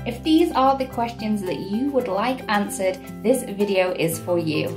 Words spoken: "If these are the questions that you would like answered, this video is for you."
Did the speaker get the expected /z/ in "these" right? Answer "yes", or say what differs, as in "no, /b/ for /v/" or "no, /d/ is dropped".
yes